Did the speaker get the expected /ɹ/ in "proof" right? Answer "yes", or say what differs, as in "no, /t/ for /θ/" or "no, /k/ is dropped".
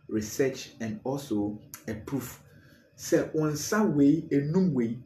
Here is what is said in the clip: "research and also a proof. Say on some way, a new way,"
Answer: yes